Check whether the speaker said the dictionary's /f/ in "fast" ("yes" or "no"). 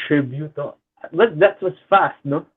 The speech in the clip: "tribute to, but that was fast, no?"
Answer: yes